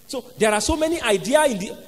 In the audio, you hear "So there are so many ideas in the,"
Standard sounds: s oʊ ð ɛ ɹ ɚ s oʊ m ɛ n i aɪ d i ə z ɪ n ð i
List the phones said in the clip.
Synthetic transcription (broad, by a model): s oʊ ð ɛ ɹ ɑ s oʊ m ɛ n i aɪ d i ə ɪ n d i